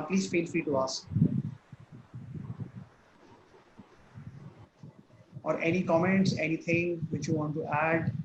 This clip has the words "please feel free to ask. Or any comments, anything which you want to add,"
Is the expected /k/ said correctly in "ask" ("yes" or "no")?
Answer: no